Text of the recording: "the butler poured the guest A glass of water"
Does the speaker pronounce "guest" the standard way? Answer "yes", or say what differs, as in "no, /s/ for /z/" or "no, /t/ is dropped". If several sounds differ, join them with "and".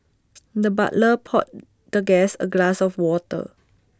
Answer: no, /t/ is dropped